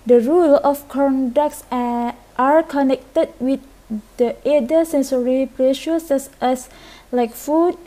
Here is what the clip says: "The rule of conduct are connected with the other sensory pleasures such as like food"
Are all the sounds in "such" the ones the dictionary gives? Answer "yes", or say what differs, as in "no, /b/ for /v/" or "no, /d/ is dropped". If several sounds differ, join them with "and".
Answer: no, /s/ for /tʃ/